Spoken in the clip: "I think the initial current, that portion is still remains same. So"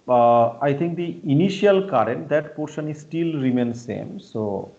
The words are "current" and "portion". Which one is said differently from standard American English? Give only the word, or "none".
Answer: none